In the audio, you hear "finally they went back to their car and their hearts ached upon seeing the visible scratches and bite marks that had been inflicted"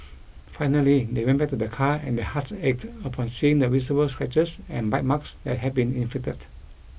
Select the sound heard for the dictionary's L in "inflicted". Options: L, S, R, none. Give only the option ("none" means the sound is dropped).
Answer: none